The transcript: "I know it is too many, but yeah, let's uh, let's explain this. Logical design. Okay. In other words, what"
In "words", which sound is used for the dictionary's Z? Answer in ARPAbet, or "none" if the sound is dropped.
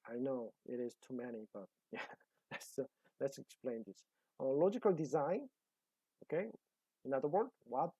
none